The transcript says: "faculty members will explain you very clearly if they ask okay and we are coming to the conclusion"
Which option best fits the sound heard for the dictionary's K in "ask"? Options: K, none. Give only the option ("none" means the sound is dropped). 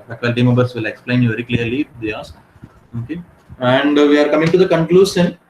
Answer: none